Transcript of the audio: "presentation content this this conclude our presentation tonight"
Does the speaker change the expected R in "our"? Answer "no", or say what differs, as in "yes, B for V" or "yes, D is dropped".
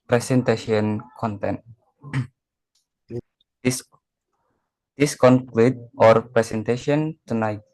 no